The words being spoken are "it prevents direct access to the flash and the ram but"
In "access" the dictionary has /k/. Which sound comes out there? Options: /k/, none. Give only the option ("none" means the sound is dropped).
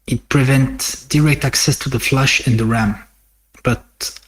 /k/